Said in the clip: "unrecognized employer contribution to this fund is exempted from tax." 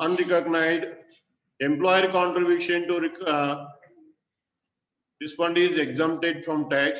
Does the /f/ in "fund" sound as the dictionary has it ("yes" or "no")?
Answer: no